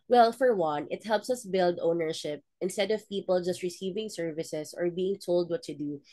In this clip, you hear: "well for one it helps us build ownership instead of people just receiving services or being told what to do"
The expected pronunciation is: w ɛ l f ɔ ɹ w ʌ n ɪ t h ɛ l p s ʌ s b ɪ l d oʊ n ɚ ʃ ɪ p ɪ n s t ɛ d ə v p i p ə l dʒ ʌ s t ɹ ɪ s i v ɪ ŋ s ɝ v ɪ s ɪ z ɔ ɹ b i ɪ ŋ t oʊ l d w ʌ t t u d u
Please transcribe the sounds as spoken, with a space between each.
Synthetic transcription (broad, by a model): w ɛ l f ɔ ɹ w ʌ n ɪ t h ɛ l p s ʌ s b ɪ l d oʊ n ɚ ʃ ɪ p ɪ n s t ɛ d ə v p i p ə l dʒ ʌ s t ɹ ɪ s i v ɪ ŋ s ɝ v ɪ s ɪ s ɔ ɹ b i ɪ ŋ t oʊ l d w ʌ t t u d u